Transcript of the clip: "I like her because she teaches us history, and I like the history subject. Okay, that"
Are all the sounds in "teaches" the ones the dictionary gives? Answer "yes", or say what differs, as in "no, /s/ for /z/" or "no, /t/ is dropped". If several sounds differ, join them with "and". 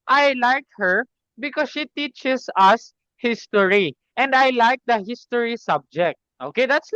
no, /s/ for /z/